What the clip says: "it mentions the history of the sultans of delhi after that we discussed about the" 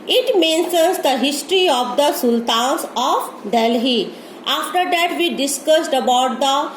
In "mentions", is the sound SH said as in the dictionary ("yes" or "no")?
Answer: no